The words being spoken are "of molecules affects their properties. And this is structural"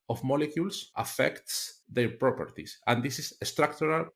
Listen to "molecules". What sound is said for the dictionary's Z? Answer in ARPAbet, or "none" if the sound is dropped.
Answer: S